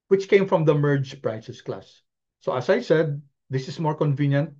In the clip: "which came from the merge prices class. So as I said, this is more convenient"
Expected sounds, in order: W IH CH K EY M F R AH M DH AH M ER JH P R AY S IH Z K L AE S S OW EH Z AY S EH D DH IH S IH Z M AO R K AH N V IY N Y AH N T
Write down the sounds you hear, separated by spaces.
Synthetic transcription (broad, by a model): W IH CH K EY M F R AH M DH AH M ER JH P R AY S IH S K L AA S S OW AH S AY S EH D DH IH S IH S M AO R K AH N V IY N Y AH N T